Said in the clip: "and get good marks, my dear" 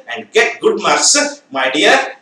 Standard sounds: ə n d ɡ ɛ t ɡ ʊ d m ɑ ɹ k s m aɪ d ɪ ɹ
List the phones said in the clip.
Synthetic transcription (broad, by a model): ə n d ɡ ɛ t ɡ ʊ d m ɑ ɹ k s m aɪ d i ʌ